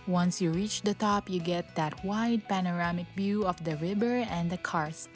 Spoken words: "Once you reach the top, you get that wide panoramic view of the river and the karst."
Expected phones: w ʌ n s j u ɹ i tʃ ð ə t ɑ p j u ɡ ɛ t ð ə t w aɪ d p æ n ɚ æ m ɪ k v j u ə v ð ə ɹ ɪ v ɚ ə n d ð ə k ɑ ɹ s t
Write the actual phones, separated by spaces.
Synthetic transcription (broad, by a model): w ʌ n s j u ɹ i tʃ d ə t ɑ p j u ɡ ɛ t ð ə t w aɪ d p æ n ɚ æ m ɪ k b j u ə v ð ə ɹ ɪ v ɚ ə n d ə k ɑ ɹ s